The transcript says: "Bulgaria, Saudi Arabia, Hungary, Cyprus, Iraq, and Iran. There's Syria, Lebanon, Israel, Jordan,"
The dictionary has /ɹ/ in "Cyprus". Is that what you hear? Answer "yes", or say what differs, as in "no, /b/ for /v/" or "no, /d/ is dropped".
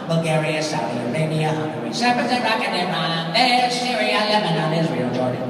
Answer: no, /ɹ/ is dropped